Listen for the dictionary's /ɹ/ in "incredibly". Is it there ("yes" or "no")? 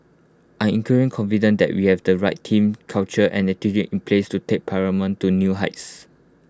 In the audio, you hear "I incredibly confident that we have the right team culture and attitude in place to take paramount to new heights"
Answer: no